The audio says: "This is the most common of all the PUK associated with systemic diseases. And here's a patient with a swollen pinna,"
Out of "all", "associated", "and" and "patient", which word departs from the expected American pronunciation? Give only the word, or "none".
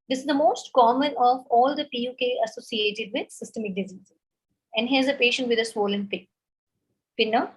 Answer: none